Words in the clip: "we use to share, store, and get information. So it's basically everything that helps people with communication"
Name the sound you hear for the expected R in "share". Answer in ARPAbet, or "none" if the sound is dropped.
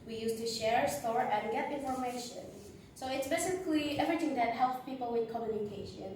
R